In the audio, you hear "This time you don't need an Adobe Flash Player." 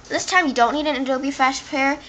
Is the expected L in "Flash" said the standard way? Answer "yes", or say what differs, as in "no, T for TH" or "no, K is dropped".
no, L is dropped